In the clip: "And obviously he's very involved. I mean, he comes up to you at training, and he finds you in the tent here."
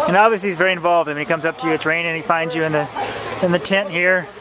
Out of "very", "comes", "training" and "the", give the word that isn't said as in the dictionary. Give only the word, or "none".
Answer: training